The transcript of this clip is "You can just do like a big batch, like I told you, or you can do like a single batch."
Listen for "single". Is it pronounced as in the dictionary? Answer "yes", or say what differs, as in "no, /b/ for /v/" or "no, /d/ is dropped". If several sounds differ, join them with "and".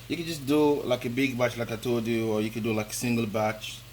yes